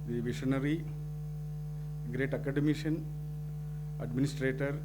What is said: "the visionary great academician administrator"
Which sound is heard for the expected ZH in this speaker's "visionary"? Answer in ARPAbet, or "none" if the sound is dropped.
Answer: SH